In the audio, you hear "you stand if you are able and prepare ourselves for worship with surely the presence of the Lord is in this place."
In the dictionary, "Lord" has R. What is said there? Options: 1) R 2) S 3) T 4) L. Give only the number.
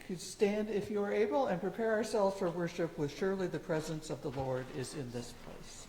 1